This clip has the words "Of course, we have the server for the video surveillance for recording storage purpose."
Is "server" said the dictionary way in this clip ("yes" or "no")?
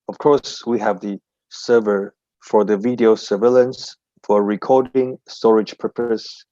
yes